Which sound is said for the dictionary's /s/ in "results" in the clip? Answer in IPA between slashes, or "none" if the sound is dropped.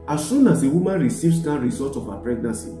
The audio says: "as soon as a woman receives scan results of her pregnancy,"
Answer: none